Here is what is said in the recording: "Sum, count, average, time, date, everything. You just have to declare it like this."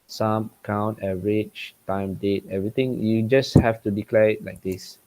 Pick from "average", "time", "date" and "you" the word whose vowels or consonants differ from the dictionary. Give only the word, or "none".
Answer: average